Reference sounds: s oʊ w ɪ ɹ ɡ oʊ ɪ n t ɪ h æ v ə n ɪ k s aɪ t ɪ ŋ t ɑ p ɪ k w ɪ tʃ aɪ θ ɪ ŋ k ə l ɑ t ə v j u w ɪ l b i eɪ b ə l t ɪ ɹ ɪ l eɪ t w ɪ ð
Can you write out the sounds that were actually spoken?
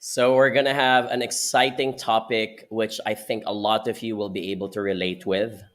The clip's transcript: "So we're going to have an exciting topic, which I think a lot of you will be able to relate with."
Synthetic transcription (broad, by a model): s oʊ w ɪ ɹ ɡ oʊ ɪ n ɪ h æ v ə n ɪ k s aɪ t ɪ ŋ t ɑ p ɪ k w ɪ tʃ aɪ θ ɪ ŋ k ə l ɑ t ə v j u w ɪ l b i eɪ b ə l t ɪ ɹ ɪ l eɪ t w ɪ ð